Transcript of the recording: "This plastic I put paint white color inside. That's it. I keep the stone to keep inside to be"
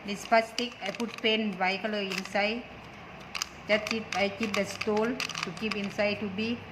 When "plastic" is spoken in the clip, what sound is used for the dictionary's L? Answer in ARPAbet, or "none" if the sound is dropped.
none